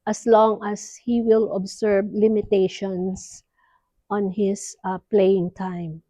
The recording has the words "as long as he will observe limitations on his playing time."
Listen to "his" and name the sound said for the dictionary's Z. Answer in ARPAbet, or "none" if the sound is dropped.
S